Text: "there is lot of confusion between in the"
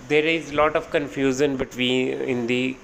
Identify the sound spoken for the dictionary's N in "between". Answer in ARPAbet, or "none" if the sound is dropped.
none